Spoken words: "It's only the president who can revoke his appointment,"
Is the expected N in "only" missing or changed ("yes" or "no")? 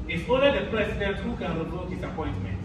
yes